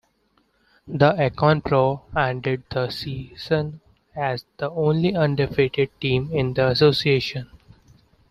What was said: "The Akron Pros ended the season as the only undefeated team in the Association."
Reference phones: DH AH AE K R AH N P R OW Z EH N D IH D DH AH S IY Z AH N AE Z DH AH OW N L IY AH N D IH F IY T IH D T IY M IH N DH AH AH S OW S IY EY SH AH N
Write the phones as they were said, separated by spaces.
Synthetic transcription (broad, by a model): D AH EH K AH N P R OW EH N D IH D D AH S IY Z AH N AE Z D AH OW N L IY AH N D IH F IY T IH D T IY M IH N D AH AH S OW S IY EY SH AH N